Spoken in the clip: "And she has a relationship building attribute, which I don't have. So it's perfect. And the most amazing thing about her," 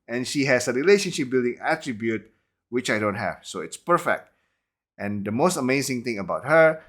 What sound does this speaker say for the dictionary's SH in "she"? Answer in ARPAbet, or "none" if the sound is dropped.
SH